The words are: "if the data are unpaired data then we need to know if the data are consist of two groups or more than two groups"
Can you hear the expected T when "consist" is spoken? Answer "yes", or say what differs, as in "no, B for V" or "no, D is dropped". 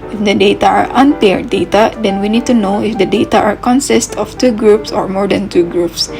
yes